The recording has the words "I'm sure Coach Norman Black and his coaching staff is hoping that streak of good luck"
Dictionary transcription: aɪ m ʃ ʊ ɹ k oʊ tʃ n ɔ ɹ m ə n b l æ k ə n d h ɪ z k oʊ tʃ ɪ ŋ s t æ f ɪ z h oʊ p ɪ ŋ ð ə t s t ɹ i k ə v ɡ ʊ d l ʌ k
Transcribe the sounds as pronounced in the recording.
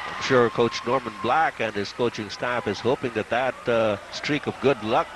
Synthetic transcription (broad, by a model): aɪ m ʃ ʊ ɹ k oʊ tʃ n ɔ ɹ m ə n b l æ k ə n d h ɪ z k oʊ tʃ ɪ ŋ s t æ f ɪ z h oʊ p ɪ ŋ ð ə t s t ɹ i k ə v ɡ ʊ d l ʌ k